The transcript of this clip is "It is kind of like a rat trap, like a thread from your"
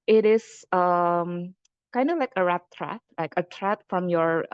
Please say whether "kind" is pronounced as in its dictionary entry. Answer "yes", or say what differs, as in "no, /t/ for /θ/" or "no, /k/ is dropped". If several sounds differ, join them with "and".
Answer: yes